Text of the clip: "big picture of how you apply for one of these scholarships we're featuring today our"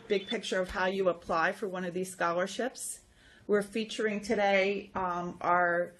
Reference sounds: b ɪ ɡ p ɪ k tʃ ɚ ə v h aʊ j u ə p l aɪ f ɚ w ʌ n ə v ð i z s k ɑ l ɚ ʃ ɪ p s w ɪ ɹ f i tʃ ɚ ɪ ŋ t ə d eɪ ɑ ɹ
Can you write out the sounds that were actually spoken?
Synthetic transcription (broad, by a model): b ɪ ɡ p ɪ k tʃ ɚ ə v h aʊ j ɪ ə p l aɪ f ɚ w ʌ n ə v ð i z s k ɑ l ɚ ʃ ɪ p s w ɪ ɹ f i tʃ ɚ ɪ ŋ t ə d eɪ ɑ ɹ